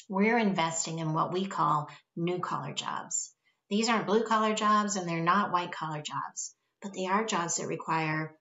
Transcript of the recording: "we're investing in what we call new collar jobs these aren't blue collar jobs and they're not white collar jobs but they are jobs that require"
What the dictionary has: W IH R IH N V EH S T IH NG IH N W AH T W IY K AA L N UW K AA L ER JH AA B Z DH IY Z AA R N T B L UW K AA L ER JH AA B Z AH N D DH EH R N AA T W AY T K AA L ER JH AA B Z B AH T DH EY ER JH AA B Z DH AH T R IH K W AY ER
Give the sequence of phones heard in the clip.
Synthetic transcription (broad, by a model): W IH R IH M V EH S T IH NG IH N W AH T W IY K AA L N UW K AA L ER JH AA B Z DH IY Z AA R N B L UW K AA L ER JH AA B Z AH N DH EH R N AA T W AY T K AA L ER JH AA B Z B AH T DH EY ER JH AA B Z DH AH T R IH K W AY ER